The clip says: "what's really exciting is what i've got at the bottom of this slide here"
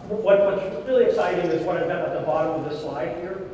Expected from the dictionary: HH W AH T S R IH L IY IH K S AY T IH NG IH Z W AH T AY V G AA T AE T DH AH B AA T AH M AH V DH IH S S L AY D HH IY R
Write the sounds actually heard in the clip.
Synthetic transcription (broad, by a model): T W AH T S R IH L IY IH K S AY T IH NG IH Z W AH T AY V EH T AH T DH AH B AA T AH M AH V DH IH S S L AY D HH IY R